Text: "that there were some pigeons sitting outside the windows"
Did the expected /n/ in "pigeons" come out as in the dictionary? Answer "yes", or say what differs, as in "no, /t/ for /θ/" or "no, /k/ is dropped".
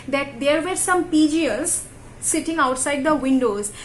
no, /l/ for /n/